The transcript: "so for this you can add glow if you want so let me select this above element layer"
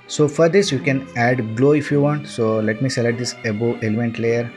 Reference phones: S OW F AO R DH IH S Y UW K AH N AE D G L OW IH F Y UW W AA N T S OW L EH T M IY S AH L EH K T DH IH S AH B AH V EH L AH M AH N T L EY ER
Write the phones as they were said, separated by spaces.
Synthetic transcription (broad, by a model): S OW F AO R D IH S Y UW K AH N AE D G L OW IH F Y UW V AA N T S OW L EH T M IY S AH L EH T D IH S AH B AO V EH L AH M AH N T L EY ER